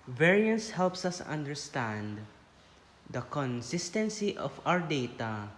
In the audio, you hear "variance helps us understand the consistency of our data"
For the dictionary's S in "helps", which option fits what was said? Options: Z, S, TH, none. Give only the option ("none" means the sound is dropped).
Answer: S